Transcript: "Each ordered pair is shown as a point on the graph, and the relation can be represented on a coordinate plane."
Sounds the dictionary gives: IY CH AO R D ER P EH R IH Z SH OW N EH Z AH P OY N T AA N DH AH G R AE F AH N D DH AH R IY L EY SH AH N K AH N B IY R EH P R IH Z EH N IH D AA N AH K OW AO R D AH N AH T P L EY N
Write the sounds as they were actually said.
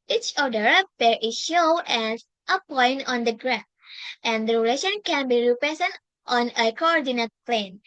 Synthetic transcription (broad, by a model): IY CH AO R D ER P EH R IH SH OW EH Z AH P OY N T AA N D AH G R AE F AH N D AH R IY L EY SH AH N K AH N B IY R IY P R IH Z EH N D AA N AH K OW AO R D AH N AH T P L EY N